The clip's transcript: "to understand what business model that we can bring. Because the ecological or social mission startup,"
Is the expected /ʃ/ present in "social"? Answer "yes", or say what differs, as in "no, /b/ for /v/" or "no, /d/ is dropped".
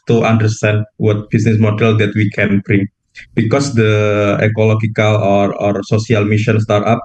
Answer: no, /s/ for /ʃ/